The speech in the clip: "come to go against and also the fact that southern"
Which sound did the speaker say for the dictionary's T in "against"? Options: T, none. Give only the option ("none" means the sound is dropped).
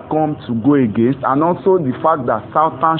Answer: T